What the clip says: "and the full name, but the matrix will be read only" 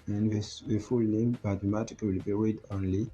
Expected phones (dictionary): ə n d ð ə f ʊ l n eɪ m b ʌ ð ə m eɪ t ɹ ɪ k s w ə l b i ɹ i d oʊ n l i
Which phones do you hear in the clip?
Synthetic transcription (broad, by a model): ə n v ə f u l n eɪ m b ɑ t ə m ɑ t ɪ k w ə l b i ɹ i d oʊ n l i